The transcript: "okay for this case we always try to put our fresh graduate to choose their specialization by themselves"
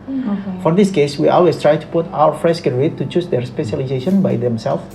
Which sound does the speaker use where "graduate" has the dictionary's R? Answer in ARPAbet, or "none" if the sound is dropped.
none